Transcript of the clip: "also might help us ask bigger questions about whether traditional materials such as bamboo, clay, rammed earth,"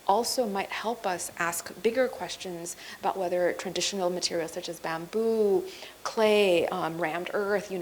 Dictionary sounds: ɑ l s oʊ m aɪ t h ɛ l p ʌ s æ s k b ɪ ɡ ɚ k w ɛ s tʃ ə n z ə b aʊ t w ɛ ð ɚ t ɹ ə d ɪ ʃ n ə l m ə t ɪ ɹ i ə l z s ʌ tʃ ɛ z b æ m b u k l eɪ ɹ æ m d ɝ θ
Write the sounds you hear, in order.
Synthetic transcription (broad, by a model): ɑ l s oʊ m aɪ t h ɛ l p ʌ s æ s k b ɪ ɡ ɚ k w ɛ s tʃ ə n z ə b aʊ t w ɛ ð ɚ t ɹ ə d ɪ ʃ n l m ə t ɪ ɹ i l s ʌ tʃ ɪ z b æ m b u k l eɪ ɹ æ m d ɝ θ